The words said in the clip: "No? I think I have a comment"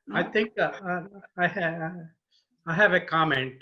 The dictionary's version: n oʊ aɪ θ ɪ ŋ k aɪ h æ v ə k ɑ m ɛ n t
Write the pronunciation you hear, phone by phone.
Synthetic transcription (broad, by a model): aɪ t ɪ ŋ k aɪ h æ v ə k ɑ m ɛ n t